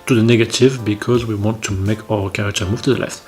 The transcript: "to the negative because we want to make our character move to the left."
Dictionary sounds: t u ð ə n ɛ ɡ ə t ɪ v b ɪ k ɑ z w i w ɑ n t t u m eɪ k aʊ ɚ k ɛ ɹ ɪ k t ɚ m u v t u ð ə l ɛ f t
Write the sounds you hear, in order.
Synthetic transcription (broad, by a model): t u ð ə n ɛ ɡ ə t ɪ v b ɪ k ɑ z w i w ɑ n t t u m eɪ k aʊ ɚ k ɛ ɹ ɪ k t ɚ m u v t u ð ə l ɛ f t